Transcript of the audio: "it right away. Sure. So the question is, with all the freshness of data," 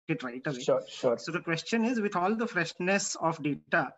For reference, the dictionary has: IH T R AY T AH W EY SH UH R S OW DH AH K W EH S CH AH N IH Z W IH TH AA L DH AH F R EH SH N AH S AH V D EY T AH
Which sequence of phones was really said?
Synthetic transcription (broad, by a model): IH T R AY T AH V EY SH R S OW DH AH K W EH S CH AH N IH Z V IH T AA L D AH F R EH SH N AH S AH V D EY T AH